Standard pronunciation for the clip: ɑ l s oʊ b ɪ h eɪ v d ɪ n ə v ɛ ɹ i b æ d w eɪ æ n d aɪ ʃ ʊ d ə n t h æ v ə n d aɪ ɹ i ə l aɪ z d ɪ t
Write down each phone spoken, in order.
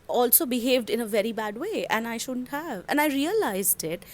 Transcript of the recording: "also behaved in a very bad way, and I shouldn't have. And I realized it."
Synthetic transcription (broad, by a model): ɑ l s oʊ b ɪ h eɪ v d ɪ n ə v ɛ ɹ i b æ d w eɪ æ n aɪ ʃ ʊ d ə n t h æ v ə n aɪ ɹ i ə l aɪ z d ɪ t